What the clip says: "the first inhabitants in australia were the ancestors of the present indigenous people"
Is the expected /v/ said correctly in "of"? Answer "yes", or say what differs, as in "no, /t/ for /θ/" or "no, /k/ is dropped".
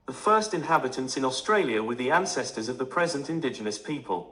yes